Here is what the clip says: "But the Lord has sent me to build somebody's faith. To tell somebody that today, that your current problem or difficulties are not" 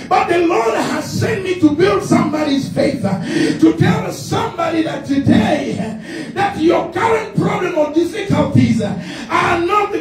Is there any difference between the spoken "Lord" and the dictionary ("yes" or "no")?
no